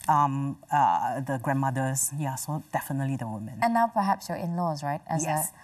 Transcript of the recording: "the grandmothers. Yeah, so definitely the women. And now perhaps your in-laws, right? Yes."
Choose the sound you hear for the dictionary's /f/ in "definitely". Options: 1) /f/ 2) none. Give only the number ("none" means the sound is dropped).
1